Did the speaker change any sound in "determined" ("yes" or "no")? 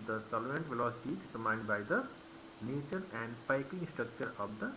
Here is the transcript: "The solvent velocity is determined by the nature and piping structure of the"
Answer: yes